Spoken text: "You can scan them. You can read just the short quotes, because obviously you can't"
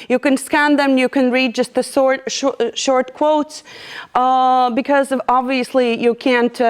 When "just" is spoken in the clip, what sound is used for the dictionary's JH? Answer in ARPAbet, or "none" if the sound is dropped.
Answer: JH